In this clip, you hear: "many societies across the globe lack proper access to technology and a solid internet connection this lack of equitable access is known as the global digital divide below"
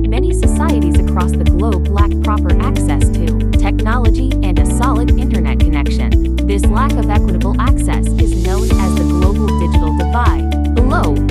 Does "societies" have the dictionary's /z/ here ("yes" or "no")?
yes